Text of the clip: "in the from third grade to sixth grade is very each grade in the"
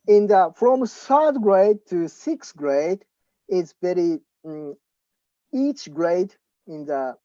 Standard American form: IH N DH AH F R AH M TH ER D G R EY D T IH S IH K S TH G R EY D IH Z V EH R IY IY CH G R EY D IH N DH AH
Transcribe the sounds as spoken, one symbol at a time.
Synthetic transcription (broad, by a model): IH N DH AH F R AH M S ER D G R EY D T IH S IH K S G R EY D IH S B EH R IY IY CH G R EY D IH N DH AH